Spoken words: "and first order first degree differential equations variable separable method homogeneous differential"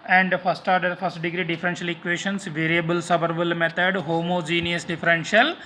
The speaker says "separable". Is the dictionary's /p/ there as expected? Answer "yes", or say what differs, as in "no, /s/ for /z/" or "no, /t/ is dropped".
no, /b/ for /p/